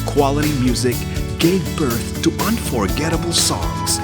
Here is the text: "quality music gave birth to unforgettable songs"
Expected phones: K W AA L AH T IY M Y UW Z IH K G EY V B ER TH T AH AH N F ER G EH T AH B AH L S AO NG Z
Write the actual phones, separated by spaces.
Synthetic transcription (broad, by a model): K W AA L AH T IY M Y UW Z IH K G EY V B ER TH T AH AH N F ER G EH T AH B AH L S AO NG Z